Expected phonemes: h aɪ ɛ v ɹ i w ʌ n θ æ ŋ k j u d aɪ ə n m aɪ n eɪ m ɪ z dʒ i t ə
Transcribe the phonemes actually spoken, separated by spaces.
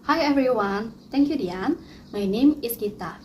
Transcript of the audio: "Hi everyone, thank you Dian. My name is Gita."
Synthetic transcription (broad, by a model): h aɪ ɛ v ɹ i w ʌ n t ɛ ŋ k j u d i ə n m aɪ n eɪ m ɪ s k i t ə